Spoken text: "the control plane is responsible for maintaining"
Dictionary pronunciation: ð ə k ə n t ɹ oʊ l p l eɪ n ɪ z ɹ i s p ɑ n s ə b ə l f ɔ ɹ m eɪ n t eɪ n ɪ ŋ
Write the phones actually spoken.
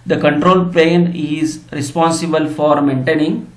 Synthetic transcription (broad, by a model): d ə k ə n t ɹ oʊ l p eɪ n ɪ z ɹ i s p ɑ n s ə b ə l f ɔ ɹ m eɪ n t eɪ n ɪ ŋ